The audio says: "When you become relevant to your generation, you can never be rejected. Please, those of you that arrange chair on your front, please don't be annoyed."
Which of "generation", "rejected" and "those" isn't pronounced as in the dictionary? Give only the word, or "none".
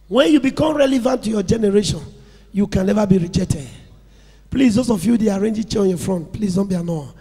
those